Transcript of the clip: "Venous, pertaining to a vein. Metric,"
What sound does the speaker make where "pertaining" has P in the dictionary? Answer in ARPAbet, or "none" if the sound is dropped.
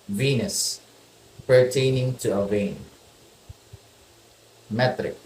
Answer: P